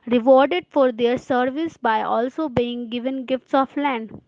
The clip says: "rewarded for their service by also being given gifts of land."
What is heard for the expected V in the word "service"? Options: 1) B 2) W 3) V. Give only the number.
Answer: 3